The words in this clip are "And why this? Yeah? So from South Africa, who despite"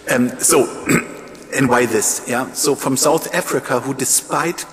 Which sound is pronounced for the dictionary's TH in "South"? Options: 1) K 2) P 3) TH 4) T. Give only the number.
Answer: 3